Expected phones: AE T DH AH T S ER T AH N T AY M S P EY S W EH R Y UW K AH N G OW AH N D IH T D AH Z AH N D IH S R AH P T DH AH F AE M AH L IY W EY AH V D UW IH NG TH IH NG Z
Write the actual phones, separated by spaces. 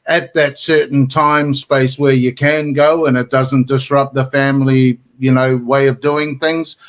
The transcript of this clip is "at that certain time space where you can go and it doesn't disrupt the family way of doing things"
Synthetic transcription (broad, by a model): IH T DH AH T S ER T N T AY M S P EY S W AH R Y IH K AH N G OW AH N IH T D AH Z AH N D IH S R AH P DH AH F AE M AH N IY W EY AH V D UW IH NG TH IH NG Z